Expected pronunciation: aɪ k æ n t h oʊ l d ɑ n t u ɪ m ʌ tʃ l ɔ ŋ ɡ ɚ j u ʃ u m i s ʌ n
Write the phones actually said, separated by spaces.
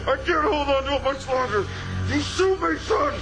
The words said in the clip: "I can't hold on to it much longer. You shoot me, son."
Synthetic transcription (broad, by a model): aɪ k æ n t h oʊ l d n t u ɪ m ʌ tʃ l ɔ ŋ ɡ ɚ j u s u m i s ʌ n